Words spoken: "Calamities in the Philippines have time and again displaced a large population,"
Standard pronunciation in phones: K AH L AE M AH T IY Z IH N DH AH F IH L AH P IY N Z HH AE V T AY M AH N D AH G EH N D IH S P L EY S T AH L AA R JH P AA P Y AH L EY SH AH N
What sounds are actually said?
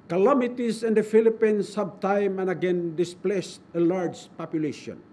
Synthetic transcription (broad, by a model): K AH L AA M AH T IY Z IH N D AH F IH L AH P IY N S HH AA B T AY M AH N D AH G EH N D IH S P L EY S T AH L AA R JH P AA P Y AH L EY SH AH N